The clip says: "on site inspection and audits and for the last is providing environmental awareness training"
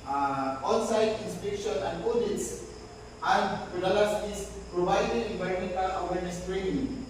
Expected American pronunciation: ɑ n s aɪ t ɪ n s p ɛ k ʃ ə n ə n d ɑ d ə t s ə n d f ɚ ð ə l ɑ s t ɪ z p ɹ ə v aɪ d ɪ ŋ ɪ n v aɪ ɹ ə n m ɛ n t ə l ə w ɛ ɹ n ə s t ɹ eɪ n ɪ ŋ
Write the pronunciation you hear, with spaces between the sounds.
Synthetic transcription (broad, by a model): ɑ n s aɪ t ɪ n s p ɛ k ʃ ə n ə n d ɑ d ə t s ə n d p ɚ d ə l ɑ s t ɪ s p ɹ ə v aɪ d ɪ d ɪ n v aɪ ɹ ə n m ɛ n t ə l ə w ɛ ɹ n ə s t ɹ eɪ n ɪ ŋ